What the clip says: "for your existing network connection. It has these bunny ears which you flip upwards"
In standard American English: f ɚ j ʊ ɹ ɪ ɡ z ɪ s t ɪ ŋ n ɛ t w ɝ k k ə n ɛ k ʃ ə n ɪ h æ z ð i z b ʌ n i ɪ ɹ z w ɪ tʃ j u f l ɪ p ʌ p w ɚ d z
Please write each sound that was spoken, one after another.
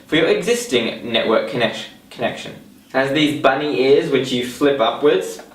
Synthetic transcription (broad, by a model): f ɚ j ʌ ɹ ɪ ɡ z ɪ s t ɪ ŋ n ɛ t w ɝ k k ə n ɛ k ʃ ə n ɪ z ð i z b ʌ n i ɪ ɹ z w ɪ tʃ j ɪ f l ɪ p ʌ p w ɚ d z